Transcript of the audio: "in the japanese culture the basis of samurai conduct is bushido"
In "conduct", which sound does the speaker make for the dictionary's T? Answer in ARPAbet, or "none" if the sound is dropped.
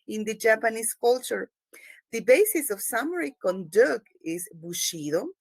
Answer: none